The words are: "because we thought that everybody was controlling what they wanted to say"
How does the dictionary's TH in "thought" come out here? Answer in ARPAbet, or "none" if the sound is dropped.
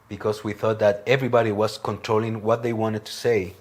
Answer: TH